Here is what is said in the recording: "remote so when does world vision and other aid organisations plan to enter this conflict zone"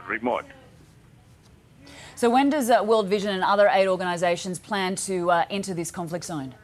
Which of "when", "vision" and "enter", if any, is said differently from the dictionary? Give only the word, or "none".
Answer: none